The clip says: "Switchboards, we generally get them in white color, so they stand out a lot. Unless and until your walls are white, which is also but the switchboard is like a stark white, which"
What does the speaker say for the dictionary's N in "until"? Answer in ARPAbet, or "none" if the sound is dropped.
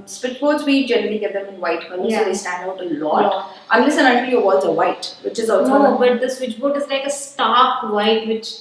none